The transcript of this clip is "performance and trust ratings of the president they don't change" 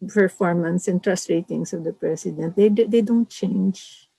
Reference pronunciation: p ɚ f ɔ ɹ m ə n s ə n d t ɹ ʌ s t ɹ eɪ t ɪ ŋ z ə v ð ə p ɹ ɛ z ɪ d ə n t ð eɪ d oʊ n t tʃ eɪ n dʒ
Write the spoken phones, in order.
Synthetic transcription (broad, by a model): p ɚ f ɔ ɹ m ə n s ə n t ɹ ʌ s t ɹ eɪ t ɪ ŋ s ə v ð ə p ɹ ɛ s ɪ d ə n t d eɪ d oʊ n t tʃ eɪ n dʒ